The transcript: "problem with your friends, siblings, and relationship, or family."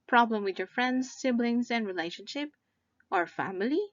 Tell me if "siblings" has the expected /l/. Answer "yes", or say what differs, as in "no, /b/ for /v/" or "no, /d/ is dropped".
yes